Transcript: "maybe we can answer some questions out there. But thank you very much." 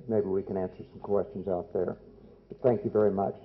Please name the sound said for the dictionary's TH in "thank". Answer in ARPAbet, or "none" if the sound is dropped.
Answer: TH